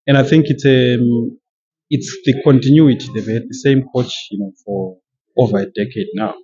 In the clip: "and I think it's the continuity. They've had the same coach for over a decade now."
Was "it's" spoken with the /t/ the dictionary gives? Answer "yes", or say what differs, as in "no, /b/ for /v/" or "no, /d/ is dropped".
yes